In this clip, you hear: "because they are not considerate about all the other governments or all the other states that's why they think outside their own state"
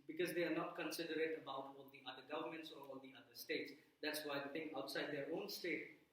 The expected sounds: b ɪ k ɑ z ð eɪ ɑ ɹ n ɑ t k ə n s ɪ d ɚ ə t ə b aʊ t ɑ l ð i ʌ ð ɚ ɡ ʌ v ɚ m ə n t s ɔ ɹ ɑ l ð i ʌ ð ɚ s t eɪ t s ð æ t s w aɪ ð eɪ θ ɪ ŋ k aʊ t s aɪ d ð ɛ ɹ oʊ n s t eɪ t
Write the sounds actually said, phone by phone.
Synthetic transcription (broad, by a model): b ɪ k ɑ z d eɪ ɑ ɹ n ɑ t k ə n s ɪ d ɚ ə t ə b aʊ t ɑ l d i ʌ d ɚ ɡ ʌ v ɚ m ə n t s ɔ ɹ ɑ l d i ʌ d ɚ s t eɪ t s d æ t s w aɪ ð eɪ t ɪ ŋ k aʊ t s aɪ d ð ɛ ɹ oʊ n s t eɪ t